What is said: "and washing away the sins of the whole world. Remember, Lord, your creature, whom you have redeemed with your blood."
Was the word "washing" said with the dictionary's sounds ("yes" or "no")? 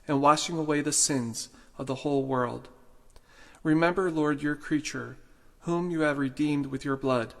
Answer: yes